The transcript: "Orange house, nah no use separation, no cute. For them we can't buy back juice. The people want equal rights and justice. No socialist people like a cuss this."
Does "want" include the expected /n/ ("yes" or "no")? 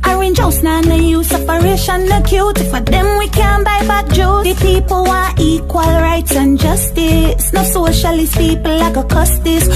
no